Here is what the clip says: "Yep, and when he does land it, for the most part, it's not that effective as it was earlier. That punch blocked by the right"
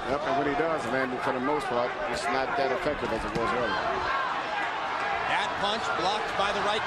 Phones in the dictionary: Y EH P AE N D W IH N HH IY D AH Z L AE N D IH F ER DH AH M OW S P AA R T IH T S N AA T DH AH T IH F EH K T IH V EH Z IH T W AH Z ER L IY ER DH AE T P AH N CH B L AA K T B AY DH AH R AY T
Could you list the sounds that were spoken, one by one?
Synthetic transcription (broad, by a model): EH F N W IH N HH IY D AH Z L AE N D IH F ER DH AH M OW S P AA R T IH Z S N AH T DH AH T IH F EH K T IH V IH Z IH T W AH Z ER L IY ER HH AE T P AH N CH B L AA K T B AY DH AH R AY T